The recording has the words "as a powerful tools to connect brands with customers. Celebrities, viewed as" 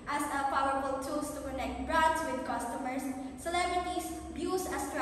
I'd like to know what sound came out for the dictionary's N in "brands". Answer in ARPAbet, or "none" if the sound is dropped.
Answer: none